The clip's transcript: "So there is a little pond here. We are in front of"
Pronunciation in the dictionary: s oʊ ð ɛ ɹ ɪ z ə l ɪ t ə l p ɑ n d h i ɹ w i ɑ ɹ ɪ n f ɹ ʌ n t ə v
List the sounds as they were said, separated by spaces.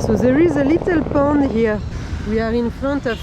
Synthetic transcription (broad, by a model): s oʊ ð ɛ ɹ ɪ z ə l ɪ t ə l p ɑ n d h i ɹ w i ɑ ɹ ɪ n f ɹ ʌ n t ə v